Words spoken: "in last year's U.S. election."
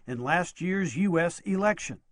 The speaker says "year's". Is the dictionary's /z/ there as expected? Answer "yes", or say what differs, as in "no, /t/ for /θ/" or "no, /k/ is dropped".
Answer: yes